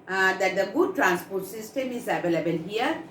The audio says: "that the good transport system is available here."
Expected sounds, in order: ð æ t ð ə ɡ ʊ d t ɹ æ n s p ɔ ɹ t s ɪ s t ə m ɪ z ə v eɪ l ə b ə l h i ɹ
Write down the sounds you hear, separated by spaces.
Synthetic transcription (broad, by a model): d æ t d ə ɡ ʊ d t ɹ æ n s p ɔ ɹ t s ɪ s t ə m ɪ z ə v eɪ l ə b ə l h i ɹ